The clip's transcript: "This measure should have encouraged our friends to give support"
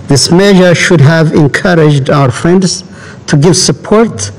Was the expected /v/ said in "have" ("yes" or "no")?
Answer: yes